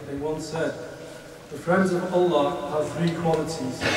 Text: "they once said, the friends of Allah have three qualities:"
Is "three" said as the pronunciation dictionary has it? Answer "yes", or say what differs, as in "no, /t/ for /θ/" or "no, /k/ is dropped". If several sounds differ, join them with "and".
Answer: yes